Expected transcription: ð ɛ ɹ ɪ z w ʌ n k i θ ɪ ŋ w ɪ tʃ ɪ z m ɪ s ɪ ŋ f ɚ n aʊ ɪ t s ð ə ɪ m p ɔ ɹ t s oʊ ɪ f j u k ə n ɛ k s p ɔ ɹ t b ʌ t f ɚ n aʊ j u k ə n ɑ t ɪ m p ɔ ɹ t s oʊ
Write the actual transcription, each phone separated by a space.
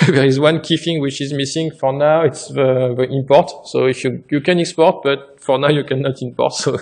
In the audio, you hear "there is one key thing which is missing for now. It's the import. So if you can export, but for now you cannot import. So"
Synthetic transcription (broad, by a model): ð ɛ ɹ ɪ z w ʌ n k i f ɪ ŋ w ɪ tʃ ɪ z m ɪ s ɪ ŋ f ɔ n aʊ ɪ t s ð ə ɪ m p ɔ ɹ t s oʊ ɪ f j u k ə n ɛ k s p ɔ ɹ t b ʌ t f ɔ n aʊ j u k ə n ɑ t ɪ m p ɔ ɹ t s oʊ